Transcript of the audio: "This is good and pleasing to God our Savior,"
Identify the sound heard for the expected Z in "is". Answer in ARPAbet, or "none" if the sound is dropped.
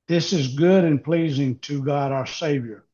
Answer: Z